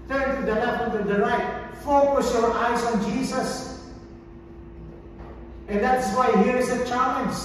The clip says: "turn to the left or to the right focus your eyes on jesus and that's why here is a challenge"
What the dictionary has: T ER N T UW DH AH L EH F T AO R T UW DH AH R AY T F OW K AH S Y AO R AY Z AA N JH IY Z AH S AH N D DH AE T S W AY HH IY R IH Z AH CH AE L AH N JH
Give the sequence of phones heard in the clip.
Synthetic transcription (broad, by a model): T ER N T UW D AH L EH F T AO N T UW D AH R AY T F OW K AH S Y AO R AY S AA N JH IY S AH S AH N D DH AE T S W AY HH IY R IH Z AH CH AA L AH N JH